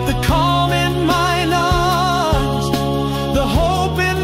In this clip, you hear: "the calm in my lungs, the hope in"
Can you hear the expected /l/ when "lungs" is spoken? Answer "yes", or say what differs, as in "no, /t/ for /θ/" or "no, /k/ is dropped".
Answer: no, /n/ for /l/